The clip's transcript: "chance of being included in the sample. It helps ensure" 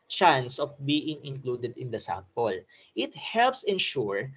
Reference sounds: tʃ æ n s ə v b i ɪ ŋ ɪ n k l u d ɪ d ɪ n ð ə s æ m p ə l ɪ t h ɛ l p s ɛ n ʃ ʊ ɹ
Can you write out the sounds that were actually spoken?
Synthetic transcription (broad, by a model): tʃ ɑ n s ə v b i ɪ ŋ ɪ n k l u d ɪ d ɪ n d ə s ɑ m p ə l ɪ t h ɛ l p s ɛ n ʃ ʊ ɹ